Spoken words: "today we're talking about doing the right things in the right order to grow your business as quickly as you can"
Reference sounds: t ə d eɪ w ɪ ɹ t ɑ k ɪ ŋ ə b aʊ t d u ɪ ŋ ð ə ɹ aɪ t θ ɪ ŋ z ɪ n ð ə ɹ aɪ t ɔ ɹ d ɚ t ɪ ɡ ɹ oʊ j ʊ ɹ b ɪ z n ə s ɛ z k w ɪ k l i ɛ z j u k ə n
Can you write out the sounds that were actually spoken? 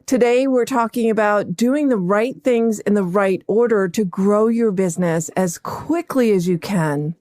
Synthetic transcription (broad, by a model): t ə d eɪ w ɪ ɹ t ɑ k ɪ ŋ ə b aʊ t d u ɪ ŋ ð ə ɹ aɪ t θ ɪ ŋ z ɪ n ð ə ɹ aɪ t ɔ ɹ d ɚ t ɪ ɡ ɹ oʊ j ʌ ɹ b ɪ z n ə s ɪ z k w ɪ k l i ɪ z j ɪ k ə n